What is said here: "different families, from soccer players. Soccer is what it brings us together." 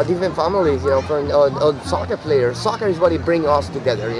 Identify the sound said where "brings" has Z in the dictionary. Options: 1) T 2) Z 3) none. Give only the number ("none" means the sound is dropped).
3